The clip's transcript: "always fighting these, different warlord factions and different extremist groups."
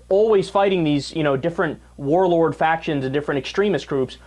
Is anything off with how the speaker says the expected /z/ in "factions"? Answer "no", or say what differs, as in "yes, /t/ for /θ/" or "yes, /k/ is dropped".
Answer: no